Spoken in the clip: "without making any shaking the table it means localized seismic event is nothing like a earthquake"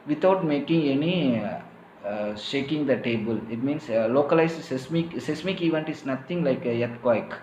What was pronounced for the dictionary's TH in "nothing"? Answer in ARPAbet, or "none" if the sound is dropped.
T